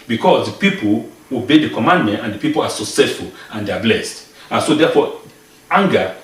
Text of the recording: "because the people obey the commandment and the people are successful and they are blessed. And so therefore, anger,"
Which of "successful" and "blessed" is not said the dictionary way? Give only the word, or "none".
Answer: none